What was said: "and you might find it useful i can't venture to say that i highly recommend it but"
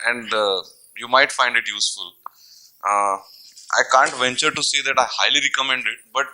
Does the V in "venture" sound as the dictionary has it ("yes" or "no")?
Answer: yes